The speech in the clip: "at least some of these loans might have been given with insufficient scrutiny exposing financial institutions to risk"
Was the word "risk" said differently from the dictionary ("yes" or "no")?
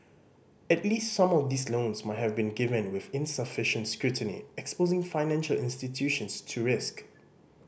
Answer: no